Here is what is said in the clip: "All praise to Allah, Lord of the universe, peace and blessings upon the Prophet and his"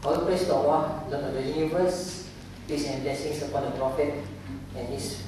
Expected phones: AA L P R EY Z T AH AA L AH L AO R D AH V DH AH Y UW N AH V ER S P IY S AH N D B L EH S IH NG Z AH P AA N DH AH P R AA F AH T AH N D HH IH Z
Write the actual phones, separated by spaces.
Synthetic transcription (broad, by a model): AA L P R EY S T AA W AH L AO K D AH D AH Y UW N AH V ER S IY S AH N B L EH S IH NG S AH P AA N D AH P R AA F AH T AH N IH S